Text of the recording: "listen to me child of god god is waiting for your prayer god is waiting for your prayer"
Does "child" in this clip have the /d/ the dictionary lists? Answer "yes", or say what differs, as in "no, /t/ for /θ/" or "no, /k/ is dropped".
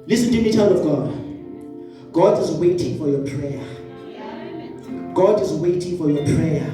no, /d/ is dropped